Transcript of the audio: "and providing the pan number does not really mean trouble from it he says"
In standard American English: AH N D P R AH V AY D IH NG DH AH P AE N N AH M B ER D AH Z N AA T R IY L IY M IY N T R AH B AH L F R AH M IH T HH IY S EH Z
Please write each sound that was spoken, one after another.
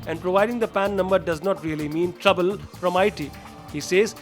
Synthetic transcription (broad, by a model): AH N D P R AH V AY D IH NG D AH P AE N N AH M B ER D AH Z N AA T R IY L IY M IY N T R AH B AH L F R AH M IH T HH IY S EH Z